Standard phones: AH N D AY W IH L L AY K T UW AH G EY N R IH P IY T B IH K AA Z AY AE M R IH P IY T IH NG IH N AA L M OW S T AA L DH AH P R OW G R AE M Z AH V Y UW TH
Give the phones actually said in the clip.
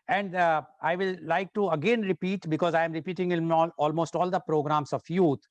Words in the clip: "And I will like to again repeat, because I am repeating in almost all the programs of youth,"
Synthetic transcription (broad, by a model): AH N D AY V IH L L AY K T UW AH G EY N R IH P IY T B IH K AA Z AY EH M R IH P IY T IH NG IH L AA L M OW S T AA L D AH P R OW G R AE M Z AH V Y UW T